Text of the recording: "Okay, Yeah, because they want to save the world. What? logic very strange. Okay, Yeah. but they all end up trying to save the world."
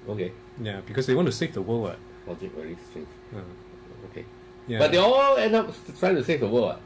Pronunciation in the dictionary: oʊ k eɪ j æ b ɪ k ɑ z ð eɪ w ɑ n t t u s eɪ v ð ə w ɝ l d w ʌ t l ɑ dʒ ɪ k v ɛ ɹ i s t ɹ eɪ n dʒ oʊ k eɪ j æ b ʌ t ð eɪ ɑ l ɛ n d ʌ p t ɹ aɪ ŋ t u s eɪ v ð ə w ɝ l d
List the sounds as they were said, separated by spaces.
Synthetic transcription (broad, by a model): oʊ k eɪ j æ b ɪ k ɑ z ð eɪ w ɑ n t t u s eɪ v ð ə w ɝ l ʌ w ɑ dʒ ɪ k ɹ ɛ l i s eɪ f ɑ oʊ k eɪ j æ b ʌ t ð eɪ ɑ l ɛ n ʌ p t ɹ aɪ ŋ t u s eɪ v ð ə w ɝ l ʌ